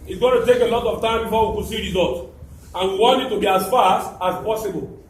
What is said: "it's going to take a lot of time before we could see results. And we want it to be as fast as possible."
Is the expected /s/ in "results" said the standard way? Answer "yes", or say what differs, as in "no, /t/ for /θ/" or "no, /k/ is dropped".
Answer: no, /s/ is dropped